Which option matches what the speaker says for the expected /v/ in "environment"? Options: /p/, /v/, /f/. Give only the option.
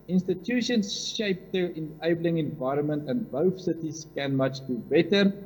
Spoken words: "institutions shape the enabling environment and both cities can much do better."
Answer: /v/